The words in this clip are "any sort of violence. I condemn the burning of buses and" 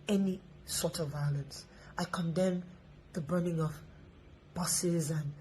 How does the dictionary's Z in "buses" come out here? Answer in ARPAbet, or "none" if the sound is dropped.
Z